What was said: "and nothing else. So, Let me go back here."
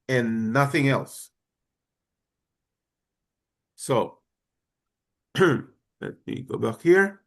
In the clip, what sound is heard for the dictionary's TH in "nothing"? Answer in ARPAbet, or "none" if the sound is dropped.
TH